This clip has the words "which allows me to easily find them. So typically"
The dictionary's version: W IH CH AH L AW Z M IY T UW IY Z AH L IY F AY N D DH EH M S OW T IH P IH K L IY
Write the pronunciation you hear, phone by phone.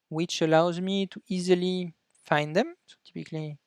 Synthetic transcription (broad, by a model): W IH CH AH L AW Z M IY T UW IY Z AH L IY F AY N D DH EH M S OW T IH P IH K L IY